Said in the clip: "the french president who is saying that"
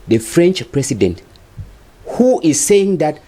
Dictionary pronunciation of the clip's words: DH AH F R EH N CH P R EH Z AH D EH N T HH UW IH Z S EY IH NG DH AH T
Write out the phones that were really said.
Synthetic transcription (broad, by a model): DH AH F R EH N CH P R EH S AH D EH N T HH UW IH Z S EY IH NG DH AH T